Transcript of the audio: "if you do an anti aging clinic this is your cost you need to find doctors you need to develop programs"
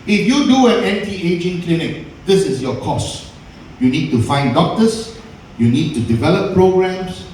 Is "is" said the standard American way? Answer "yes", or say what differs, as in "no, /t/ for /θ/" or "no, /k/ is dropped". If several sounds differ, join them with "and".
no, /s/ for /z/